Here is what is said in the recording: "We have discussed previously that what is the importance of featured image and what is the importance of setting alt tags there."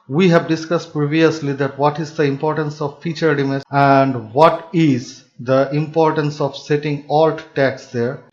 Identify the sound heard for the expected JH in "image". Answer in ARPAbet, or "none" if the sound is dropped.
none